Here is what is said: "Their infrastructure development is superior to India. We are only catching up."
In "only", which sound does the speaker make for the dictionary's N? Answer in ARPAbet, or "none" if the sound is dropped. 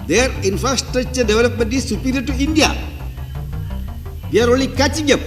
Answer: none